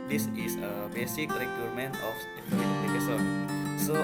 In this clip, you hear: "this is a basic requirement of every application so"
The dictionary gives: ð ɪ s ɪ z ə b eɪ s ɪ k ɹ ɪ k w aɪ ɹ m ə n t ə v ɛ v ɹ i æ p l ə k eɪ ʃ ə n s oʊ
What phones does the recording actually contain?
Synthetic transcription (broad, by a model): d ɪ s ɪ s ə b eɪ s ɪ k ɹ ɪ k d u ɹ m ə n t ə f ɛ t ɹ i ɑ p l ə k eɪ s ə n s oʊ